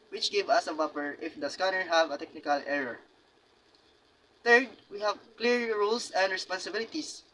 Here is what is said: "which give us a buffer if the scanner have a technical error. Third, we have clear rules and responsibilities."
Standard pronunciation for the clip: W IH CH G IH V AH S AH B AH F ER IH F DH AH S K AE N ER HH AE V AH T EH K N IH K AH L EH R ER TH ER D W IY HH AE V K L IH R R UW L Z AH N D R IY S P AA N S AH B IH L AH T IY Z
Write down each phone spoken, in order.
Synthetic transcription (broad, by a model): W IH CH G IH V AH S AH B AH P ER IH F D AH S K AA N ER HH AE V AH T EH K N IH K AH L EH R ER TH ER D W IY HH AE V K L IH R R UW L S AH N D R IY S P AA N S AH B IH L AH T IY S